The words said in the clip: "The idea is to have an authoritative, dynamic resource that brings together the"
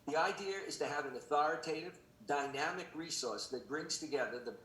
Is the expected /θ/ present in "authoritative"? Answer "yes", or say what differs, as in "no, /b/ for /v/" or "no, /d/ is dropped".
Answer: yes